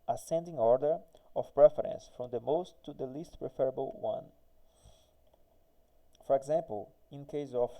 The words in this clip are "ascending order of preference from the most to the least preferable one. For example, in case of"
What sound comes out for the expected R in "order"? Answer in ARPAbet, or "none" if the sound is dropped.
R